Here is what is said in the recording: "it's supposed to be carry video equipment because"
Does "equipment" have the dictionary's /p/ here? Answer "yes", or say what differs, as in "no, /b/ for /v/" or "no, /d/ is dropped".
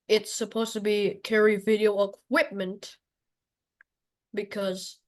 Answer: yes